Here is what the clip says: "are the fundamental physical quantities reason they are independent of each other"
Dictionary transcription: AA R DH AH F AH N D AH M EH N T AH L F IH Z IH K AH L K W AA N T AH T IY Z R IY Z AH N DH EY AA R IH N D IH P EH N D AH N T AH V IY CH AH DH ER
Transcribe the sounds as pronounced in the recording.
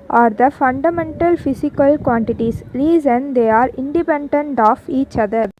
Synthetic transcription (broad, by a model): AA R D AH F AH N D AH M EH N T AH L F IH S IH K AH L K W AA N T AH T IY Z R IY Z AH N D EY AA R IH N D IH P EH N D AH N T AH F IY CH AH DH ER